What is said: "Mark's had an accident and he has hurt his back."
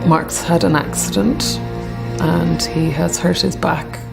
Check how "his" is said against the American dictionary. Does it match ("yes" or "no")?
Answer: yes